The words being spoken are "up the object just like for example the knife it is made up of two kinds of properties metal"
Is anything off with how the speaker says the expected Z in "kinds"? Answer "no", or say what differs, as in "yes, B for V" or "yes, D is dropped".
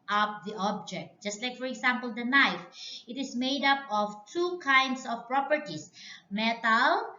yes, S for Z